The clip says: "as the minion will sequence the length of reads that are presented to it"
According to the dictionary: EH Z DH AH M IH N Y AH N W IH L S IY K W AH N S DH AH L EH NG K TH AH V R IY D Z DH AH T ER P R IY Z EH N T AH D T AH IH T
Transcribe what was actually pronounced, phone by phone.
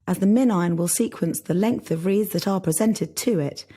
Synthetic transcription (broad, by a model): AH Z DH AH M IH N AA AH N W IH L S IY K W AH N S DH AH L EH NG K TH AH V R IY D Z DH AH T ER P R IY Z EH N T AH D T AH IH T